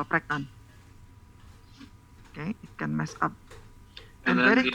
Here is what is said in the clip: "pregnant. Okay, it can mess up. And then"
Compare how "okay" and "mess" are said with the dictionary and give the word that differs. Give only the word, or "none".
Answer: none